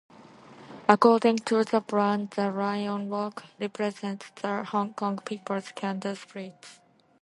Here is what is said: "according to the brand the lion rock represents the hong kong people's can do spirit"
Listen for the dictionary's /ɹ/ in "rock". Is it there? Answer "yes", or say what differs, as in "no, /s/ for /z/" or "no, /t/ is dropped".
no, /w/ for /ɹ/